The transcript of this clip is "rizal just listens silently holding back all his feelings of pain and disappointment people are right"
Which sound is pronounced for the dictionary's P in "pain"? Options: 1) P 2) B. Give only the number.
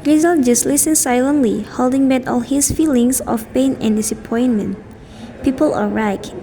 1